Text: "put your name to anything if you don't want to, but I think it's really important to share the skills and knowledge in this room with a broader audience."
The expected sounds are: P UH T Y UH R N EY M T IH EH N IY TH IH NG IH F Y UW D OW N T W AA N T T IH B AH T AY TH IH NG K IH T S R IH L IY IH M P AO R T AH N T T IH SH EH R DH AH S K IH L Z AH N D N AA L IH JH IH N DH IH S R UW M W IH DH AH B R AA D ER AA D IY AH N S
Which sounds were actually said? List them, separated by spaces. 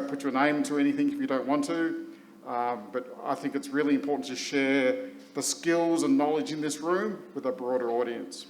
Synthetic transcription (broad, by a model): P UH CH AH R N EY M T IH EH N IY TH IH NG IH F Y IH D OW N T W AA N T T IH B AH T AY TH IH NG K IH T S R IH L IY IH M P AO R T N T T IH SH EH R DH AH S K IH L Z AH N N AA L IH JH IH N DH IH S R UW M W IH DH AH B R AA D ER AA D IY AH N S